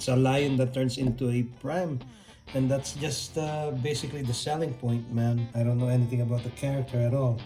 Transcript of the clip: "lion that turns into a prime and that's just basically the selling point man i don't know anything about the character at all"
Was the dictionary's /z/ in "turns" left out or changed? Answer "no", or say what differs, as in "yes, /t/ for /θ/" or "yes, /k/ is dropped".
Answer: yes, /s/ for /z/